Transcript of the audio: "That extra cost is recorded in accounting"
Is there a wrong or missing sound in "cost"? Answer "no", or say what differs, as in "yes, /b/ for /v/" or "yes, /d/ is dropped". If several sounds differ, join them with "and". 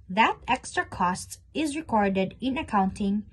no